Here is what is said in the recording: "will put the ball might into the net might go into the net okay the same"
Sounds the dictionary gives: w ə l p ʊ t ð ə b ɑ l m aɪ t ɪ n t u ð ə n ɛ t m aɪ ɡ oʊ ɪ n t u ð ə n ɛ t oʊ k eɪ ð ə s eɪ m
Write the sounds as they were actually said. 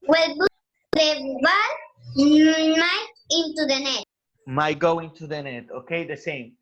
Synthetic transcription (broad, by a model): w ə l b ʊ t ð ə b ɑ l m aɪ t ɪ n t u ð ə n ɛ t m aɪ ɡ oʊ ɪ n t u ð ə n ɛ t oʊ k eɪ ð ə s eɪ m